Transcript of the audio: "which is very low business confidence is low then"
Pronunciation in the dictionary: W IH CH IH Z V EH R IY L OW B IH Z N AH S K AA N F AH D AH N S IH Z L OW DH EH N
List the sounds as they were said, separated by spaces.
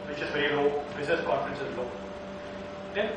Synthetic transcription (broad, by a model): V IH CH IH Z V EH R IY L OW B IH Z AH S K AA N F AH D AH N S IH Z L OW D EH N